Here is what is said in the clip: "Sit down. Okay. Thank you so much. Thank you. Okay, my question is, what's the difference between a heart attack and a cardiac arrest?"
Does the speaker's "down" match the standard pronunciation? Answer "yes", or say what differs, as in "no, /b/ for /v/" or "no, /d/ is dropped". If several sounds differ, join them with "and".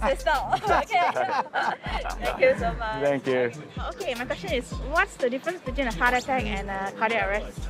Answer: no, /l/ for /n/